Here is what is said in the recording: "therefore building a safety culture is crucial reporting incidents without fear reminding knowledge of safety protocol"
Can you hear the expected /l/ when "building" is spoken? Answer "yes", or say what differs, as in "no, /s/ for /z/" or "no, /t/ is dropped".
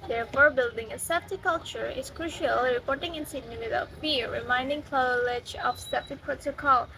yes